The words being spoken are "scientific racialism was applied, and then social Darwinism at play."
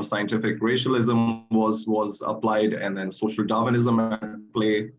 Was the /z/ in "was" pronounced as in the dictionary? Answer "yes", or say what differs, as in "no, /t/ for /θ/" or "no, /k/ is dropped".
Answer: yes